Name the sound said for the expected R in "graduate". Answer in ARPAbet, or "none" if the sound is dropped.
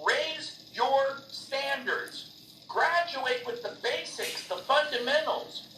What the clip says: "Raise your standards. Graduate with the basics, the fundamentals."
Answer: R